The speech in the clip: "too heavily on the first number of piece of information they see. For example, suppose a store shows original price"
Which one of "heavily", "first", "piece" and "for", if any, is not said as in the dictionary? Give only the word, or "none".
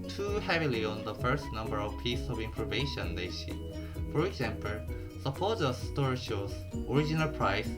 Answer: none